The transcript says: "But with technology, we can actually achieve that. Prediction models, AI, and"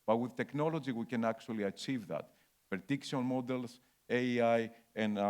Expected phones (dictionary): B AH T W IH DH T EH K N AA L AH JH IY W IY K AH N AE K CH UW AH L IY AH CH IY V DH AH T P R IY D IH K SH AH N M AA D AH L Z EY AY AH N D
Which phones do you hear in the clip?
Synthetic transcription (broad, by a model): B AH T W IH DH T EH K N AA L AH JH IY W IY K AH N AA K CH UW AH L IY AH CH IY V DH AH T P IY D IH K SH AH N M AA D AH L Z EY AY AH N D